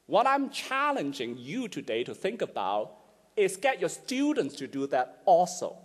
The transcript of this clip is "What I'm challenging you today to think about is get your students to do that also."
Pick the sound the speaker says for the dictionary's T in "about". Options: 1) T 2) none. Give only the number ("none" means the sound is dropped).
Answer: 1